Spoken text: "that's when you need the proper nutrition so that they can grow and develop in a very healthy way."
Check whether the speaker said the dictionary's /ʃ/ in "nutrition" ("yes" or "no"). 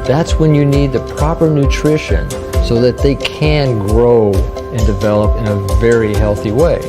yes